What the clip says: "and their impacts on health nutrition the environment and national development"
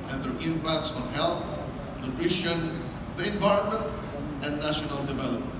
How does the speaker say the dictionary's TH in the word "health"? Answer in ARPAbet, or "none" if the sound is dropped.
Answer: T